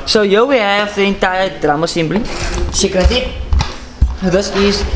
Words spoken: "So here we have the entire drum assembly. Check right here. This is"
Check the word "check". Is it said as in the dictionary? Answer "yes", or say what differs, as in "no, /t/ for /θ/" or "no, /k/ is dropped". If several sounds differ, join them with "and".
no, /s/ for /tʃ/